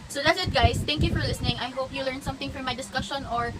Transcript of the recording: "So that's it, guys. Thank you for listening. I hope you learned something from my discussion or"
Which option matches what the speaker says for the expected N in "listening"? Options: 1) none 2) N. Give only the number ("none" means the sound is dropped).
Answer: 2